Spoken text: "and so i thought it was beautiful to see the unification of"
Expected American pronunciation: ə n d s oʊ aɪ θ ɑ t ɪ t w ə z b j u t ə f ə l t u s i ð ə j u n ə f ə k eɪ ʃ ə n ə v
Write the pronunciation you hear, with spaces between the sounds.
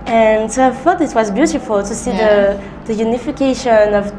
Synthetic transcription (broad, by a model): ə n s oʊ aɪ f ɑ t ɪ t w ə z b j u t ə f ə l t u s i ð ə j u n ə f ə k eɪ ʃ ə n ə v